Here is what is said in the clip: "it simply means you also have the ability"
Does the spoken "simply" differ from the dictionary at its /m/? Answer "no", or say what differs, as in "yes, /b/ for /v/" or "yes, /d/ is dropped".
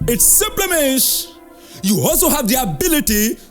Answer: no